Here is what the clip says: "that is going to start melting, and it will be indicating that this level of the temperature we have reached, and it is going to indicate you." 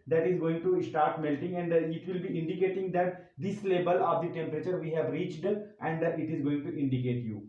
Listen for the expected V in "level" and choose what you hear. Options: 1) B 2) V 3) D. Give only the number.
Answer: 1